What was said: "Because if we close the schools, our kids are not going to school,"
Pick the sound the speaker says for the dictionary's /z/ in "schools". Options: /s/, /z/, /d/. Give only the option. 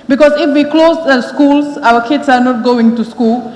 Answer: /s/